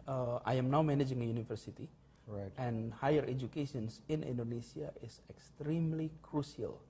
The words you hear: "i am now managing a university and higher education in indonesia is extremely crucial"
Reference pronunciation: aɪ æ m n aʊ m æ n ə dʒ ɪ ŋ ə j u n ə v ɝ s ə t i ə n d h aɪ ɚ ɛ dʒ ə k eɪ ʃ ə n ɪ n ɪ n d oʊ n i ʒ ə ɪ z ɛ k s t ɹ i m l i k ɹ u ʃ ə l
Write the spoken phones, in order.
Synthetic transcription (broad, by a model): aɪ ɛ m n aʊ m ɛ n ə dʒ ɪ ŋ ə j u n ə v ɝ s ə t i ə n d h aɪ ɚ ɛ dʒ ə k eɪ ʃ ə n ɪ n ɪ n d oʊ n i s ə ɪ s ɛ k s t ɹ i m l i k ɹ u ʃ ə l